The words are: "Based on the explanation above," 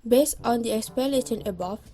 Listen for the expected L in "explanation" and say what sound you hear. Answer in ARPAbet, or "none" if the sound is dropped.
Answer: none